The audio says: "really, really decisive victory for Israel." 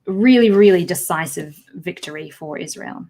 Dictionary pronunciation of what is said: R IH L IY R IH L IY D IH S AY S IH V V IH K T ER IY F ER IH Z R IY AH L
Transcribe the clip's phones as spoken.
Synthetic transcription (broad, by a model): R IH L IY R IH L IY D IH S AY S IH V V IH K T ER IY F ER IH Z R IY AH L